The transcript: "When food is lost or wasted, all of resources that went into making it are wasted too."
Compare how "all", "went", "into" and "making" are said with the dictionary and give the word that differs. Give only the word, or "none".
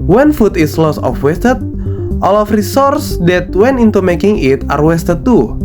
went